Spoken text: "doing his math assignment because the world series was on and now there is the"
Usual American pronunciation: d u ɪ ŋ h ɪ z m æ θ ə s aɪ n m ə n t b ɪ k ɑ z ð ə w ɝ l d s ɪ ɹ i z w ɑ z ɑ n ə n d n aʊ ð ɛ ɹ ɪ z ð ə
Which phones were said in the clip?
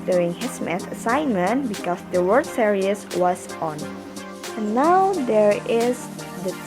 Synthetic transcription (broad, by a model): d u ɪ ŋ h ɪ s m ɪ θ ə s aɪ n m ə n t b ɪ k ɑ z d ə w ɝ d s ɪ ɹ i s w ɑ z ɑ n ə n n aʊ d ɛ ɹ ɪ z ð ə